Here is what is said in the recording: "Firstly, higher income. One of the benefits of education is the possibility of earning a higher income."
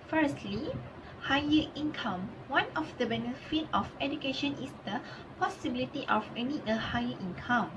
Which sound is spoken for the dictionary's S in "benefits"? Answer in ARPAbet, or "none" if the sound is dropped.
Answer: none